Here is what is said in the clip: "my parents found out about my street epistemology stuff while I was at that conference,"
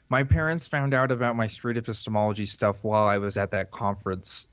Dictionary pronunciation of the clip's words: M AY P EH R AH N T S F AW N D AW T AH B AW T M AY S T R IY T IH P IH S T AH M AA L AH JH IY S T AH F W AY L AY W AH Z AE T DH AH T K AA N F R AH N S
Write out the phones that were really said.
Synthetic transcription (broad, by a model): M AY P EH R AH N T S F AW N D AW T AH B AW T M AY S T R IY T IH P IH S T AH M AA L AH JH IY S T AH F W AY L AY W AH Z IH T DH AH T K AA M F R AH N S